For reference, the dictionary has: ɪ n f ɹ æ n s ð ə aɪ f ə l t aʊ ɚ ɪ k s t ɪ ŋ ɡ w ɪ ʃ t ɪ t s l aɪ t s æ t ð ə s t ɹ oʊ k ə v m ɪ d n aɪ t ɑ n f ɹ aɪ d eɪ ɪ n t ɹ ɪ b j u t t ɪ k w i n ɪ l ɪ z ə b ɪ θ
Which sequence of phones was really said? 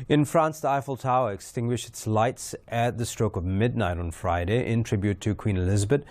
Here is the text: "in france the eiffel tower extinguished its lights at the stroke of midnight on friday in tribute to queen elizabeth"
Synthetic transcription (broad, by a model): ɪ n f ɹ æ n s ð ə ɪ f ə l t aʊ ɚ ɪ k s t ɪ ŋ ɡ w ɪ ʃ t ɪ t s l aɪ t s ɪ t ð ə s t ɹ oʊ k ə v m ɪ d n aɪ t n f ɹ aɪ d eɪ ɪ n t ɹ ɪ b j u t t ɪ k w i n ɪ l ɪ z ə b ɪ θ